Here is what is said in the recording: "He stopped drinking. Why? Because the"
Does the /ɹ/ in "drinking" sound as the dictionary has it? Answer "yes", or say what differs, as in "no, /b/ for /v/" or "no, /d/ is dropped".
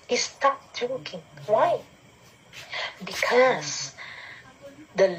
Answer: no, /ɹ/ is dropped